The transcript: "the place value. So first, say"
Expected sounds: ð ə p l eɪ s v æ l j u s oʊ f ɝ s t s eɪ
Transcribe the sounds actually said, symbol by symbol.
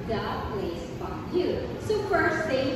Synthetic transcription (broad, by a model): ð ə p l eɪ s f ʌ j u s oʊ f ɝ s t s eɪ